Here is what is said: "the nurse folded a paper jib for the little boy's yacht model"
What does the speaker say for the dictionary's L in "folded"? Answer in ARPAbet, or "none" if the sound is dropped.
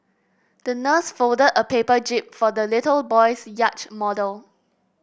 L